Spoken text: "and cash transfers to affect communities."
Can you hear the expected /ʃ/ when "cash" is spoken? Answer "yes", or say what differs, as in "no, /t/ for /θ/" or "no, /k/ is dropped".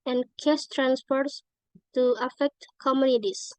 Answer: no, /s/ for /ʃ/